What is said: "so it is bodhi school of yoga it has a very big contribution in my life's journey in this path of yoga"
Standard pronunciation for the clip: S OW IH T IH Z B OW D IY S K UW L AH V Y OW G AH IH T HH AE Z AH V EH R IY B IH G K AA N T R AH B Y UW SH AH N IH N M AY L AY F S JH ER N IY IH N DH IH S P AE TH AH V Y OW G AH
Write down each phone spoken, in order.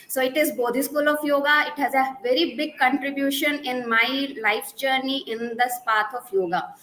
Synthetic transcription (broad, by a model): S OW IH T IH Z B OW D IY S K UW L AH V Y OW G AH IH T HH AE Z AH V EH R IY B IH G K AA N T R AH B Y UW SH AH N IH N M AY L AY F JH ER N IY IH N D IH S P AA T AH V Y OW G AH